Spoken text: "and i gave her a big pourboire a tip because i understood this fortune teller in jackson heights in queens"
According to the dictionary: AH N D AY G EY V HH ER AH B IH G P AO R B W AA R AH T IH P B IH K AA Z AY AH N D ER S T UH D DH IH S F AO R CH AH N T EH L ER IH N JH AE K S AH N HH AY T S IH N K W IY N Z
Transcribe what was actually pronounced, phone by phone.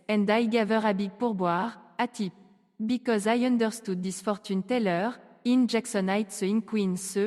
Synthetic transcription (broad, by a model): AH N D AY G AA V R AH B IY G P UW R B W AA R AH T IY P B IH K AA Z AY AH N D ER S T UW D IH S F AO R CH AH N T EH L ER IH N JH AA K S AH N AY T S IH N K W IY N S